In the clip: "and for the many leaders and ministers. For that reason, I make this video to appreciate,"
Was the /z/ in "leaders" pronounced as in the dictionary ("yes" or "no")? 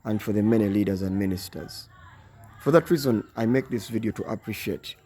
yes